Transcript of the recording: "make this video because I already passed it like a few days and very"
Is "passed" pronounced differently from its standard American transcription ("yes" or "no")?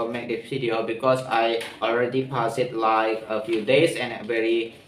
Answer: yes